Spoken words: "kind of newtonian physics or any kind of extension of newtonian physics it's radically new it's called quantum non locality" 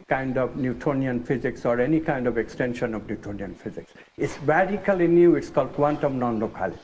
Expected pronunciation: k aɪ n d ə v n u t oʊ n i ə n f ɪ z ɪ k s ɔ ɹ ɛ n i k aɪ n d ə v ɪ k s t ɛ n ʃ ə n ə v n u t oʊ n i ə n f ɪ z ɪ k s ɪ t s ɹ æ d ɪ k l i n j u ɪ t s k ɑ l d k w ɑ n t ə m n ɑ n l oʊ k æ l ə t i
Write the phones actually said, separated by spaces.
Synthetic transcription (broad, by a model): k aɪ n d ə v n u t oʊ n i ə n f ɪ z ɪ k s ɔ ɹ ɛ n i k aɪ n d ə v ɪ k s t ɛ n ʃ ə n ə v n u t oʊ n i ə n f ɪ z ɪ k s ɪ t s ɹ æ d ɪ k l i n j u ɪ t s k ɑ l d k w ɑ n t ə m n ɑ n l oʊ k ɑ l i